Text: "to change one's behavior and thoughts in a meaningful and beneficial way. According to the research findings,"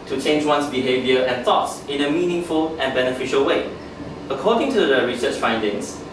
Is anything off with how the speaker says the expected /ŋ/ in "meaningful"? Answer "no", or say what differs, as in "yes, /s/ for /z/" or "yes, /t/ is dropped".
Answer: no